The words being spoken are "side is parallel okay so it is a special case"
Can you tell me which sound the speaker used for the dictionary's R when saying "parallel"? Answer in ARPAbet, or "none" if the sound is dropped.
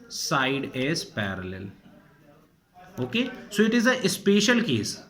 R